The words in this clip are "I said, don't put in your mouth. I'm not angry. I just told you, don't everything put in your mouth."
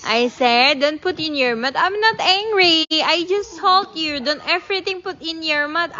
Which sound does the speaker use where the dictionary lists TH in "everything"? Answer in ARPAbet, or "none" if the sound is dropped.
T